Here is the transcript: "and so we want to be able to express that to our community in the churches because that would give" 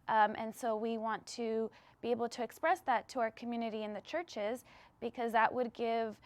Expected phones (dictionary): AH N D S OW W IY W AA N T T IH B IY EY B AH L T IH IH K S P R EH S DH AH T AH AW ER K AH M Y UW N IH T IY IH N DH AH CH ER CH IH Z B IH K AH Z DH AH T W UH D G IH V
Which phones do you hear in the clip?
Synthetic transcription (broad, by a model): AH N S OW W IY W AA N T T IH B IY EY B L T IH IH K S P R EH S DH AH T AH AW ER K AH M Y UW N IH T IY IH N DH AH CH ER CH IH Z B IH K AH Z DH AH T W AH D G IH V